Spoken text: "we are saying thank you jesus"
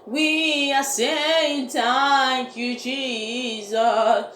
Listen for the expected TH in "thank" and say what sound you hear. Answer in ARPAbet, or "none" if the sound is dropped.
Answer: T